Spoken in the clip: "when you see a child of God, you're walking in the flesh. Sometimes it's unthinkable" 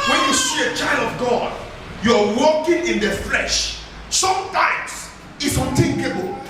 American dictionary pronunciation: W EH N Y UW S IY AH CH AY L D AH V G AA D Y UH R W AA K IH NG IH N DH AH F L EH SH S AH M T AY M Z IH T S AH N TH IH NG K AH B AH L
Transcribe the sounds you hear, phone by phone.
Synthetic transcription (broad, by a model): W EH N Y UW S IY AH CH AY L D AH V G AA D Y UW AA W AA K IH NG IH N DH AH F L EH SH S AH M T AY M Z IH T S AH N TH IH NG K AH B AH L